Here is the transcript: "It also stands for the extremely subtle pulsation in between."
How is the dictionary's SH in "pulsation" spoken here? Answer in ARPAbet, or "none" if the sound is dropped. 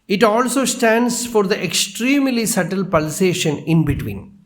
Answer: SH